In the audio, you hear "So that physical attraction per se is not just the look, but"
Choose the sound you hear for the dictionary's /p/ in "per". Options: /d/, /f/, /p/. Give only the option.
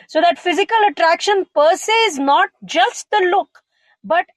/p/